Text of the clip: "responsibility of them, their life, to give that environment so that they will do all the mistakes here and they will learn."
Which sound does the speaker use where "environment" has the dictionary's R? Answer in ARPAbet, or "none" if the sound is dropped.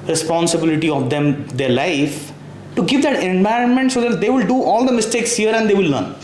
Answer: R